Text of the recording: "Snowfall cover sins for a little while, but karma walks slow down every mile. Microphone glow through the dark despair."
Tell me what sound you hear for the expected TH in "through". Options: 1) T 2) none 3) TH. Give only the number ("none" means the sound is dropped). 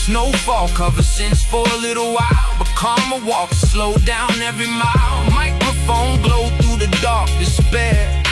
3